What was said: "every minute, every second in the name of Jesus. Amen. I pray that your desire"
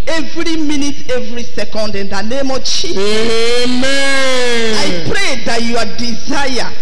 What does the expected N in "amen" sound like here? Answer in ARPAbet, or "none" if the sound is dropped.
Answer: none